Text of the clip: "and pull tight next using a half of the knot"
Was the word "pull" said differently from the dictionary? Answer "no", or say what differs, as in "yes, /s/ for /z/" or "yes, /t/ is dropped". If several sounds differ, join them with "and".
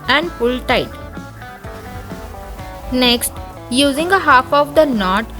yes, /f/ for /p/